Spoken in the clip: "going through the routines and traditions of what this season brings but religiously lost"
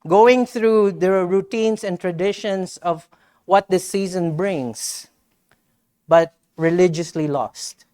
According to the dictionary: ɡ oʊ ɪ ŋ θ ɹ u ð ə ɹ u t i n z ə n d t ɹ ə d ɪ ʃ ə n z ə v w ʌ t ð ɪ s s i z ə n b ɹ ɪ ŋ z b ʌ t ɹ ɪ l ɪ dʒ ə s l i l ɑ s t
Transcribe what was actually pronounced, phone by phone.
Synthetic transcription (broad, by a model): ɡ oʊ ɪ ŋ θ ɹ u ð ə ɹ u t i n s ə n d t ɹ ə d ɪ ʃ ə n s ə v w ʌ t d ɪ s s i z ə n b ɹ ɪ ŋ s b ʌ t ɹ ɪ l ɪ dʒ ə s l i l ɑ s t